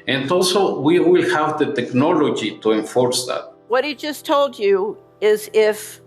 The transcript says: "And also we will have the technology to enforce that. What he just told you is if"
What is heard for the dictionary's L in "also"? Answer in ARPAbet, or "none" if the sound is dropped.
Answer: L